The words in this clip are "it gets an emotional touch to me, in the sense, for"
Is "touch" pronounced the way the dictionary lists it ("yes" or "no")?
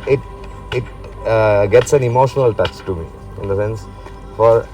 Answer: no